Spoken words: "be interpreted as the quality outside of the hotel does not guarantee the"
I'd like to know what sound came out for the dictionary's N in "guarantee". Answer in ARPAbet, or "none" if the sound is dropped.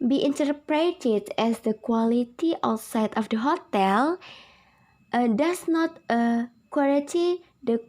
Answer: none